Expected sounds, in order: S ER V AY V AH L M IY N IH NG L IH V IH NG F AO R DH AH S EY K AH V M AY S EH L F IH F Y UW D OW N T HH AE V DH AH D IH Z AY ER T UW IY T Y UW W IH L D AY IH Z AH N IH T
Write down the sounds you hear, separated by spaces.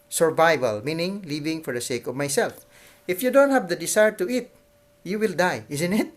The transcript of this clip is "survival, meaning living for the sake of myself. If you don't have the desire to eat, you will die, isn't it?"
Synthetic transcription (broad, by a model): S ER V AY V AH L M IY N IH NG L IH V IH NG F AO R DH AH S EY K AH V M AY S EH L F IH F Y UW D OW N T HH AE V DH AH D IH S AY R T UW IY T Y UW W IH L D AY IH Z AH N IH T